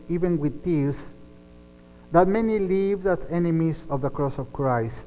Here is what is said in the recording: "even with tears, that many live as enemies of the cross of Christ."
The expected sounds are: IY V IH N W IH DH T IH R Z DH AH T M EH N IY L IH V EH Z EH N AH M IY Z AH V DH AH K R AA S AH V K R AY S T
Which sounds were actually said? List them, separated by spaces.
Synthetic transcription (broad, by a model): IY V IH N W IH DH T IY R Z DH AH T M EH N IY L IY V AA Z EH N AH M IY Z AH V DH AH K R AA S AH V K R AY S